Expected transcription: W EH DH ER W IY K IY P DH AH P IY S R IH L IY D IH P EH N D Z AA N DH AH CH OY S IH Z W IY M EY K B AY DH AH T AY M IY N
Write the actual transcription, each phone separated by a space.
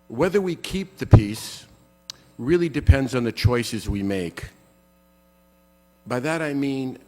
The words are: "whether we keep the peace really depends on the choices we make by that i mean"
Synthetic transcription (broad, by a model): W EH DH ER W IY K IY P DH AH P IY S R IH L IY D IH P EH N D Z N DH AH CH OY S IH Z W IY M EY K B AY DH AH T AY M IY N